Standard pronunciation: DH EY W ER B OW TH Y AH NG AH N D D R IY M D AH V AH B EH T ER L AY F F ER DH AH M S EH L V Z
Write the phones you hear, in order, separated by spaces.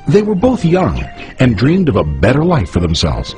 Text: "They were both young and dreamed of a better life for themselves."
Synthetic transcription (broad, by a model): DH EY W ER B OW TH Y AH NG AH N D D R IY M D AH V AH B EH T ER L AY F F ER DH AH M S EH L V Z